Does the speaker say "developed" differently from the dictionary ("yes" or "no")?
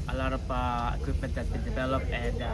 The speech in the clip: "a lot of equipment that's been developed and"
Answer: yes